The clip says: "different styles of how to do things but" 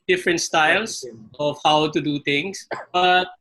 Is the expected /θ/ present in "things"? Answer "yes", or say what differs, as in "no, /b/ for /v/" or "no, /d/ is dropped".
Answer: no, /t/ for /θ/